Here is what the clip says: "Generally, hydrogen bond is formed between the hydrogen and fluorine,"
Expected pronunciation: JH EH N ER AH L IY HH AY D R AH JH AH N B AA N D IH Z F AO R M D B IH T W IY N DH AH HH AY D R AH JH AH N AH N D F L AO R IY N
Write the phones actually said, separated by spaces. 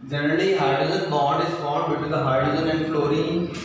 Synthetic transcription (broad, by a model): JH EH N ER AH L IY HH AY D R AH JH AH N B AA D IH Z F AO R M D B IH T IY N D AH HH AY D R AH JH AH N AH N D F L AO R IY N